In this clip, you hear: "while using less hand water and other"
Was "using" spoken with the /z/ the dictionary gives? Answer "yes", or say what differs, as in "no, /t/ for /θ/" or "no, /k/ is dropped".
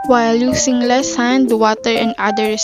no, /s/ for /z/